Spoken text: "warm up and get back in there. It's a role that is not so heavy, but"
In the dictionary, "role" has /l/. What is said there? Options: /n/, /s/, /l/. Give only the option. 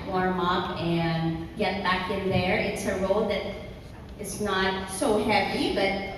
/l/